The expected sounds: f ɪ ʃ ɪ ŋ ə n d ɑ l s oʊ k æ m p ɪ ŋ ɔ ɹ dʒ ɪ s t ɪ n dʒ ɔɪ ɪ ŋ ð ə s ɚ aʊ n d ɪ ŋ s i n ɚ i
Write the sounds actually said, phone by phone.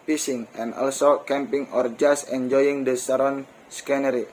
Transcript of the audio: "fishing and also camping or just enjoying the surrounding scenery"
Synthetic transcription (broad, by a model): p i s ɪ ŋ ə n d ɑ l s oʊ k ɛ m p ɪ ŋ ɔ ɹ dʒ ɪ s ɪ n dʒ ɔɪ ɪ ŋ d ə s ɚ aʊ d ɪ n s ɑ n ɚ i